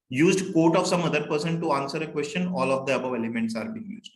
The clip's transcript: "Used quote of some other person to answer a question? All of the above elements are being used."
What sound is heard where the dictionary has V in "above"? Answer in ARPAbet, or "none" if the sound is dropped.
V